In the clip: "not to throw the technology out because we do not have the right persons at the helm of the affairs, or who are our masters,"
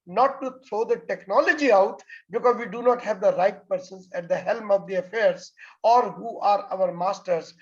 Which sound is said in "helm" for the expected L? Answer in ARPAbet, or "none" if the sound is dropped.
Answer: L